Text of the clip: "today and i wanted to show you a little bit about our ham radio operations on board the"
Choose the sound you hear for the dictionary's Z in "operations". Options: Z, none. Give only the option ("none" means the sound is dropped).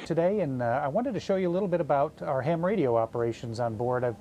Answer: Z